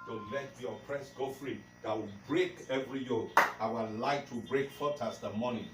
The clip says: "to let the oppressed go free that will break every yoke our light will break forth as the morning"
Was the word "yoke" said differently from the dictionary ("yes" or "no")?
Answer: yes